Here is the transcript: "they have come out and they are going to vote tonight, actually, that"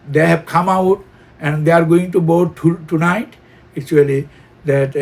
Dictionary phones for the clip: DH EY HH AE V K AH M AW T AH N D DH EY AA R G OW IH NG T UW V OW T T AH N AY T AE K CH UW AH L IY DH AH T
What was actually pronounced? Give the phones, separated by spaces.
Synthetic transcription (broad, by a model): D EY HH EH B K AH M AW T AH N D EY AA R G OW IH NG T UW B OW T T AH N AY T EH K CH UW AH L IY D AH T